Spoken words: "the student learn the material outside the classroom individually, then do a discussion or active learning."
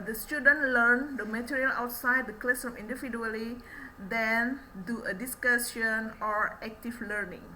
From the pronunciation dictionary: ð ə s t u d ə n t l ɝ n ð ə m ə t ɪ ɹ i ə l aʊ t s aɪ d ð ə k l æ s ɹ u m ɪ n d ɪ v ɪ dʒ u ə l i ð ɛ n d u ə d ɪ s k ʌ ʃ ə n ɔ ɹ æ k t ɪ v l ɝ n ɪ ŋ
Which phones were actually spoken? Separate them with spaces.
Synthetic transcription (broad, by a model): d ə s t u d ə n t l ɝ n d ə m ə t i ɹ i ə l aʊ t s aɪ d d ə k l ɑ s ɔ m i n d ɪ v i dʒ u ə l i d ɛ n d u ə d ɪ s k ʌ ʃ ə n ɔ ɹ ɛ k t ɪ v l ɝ n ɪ ŋ